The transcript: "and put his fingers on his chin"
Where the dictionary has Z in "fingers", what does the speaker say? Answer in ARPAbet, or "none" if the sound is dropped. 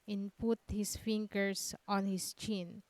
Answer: S